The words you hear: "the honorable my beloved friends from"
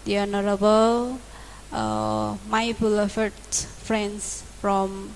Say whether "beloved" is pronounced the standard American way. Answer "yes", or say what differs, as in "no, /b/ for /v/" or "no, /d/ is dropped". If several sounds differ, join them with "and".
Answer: no, /f/ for /v/